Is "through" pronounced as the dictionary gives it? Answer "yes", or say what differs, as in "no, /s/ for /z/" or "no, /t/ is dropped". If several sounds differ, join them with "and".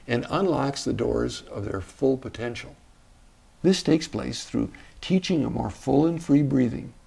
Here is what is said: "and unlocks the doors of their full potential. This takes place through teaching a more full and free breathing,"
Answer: yes